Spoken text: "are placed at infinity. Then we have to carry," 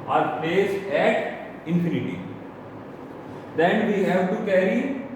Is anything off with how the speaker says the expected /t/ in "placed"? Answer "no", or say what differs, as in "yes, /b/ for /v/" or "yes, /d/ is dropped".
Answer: yes, /t/ is dropped